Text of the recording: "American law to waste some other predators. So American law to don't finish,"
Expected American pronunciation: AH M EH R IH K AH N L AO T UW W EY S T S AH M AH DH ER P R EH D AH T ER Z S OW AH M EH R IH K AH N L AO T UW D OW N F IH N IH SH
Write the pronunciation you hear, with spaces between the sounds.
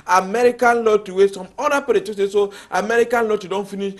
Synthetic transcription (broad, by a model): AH M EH R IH K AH N L AO T UW W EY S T S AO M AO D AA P EH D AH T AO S S OW AH M EH R IH K AH N L AO T UW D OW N F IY N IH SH